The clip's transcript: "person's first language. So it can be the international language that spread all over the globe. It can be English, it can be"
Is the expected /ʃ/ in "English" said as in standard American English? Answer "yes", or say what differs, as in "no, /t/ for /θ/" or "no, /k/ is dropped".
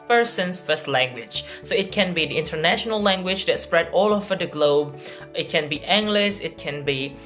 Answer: no, /s/ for /ʃ/